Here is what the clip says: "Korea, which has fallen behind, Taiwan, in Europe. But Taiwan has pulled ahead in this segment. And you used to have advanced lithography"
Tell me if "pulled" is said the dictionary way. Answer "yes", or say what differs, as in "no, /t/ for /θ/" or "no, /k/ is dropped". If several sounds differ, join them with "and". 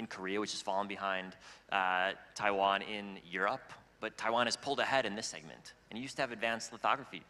yes